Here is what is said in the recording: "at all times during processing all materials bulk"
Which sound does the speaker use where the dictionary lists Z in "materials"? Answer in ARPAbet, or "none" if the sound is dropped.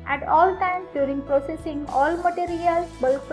none